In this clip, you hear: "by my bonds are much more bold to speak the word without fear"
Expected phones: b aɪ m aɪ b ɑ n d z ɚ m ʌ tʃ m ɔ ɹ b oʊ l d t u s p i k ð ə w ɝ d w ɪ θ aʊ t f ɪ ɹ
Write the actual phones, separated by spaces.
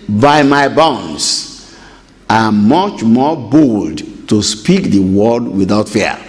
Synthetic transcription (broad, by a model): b aɪ m aɪ b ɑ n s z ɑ m ʌ tʃ m ɔ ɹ b oʊ l d t u s p i k ð ə w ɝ d w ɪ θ aʊ t f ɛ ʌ